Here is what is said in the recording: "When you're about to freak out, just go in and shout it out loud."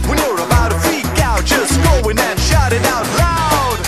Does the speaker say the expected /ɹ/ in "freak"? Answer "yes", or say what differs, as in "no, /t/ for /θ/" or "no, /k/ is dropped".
no, /ɹ/ is dropped